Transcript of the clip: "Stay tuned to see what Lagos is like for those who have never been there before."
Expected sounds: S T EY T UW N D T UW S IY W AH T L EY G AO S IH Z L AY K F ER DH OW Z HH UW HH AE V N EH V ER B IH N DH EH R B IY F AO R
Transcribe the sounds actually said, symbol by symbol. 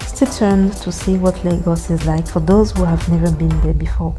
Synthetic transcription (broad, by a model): S T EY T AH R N T UW S IY W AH T L EY G AO S IH Z L AY K F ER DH OW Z HH UW HH AE V N EH V ER B IH N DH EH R B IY F AO R